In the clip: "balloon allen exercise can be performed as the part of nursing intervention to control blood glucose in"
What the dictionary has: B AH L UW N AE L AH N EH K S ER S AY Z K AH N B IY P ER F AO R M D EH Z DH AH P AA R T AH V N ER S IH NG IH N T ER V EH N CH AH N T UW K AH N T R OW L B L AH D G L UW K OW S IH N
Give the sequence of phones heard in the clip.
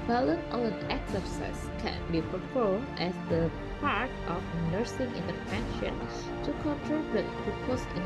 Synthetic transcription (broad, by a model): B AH L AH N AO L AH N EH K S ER S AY S K AH N B IY P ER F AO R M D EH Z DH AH P AA R T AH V N ER S IH NG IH N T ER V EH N SH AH N T UW K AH N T R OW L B AH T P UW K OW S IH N